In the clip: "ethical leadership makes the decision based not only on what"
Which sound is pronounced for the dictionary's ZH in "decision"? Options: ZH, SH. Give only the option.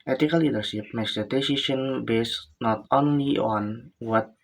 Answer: SH